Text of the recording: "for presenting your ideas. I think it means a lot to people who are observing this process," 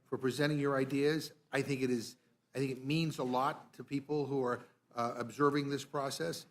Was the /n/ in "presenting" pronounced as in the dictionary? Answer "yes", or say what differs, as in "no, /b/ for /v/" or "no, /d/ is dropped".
no, /n/ is dropped